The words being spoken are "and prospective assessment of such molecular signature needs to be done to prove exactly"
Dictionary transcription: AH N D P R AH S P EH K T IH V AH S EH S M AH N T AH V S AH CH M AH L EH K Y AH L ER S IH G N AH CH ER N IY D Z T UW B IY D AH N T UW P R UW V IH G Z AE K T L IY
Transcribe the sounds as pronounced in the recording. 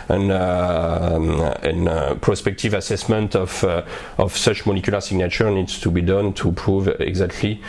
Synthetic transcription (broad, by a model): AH N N P R AH S P EH K T IH V AH S EH S M AH N T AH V S AH CH M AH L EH K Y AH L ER S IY G N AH CH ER N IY D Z T UW B IY D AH N T UW P R UW V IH G Z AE K T L IY